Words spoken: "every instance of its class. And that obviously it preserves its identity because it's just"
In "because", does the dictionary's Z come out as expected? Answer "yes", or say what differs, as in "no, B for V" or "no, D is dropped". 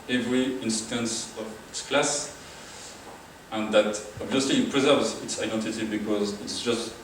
yes